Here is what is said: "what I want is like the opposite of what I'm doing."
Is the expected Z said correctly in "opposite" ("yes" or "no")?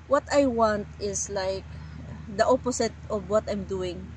no